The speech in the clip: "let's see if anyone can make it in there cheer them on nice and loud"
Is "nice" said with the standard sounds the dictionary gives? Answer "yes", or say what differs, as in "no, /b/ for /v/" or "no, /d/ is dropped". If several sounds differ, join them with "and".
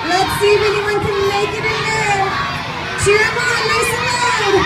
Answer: no, /l/ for /n/